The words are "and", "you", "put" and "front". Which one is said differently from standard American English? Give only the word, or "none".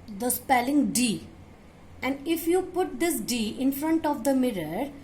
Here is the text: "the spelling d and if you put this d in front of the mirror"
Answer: none